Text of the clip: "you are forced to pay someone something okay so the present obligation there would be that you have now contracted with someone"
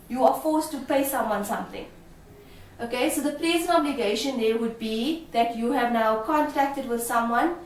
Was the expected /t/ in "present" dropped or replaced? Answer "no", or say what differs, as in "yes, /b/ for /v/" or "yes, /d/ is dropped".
yes, /t/ is dropped